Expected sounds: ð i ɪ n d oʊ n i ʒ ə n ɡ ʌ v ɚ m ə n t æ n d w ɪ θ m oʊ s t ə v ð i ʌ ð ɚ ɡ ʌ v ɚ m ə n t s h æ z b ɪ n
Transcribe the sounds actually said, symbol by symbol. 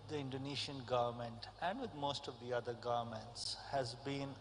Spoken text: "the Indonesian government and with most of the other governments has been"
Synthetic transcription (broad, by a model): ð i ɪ n d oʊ n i ʃ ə n ɡ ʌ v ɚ m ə n t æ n d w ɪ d m oʊ s t ə v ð i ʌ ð ɚ ɡ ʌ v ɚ m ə n t s h æ z b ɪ n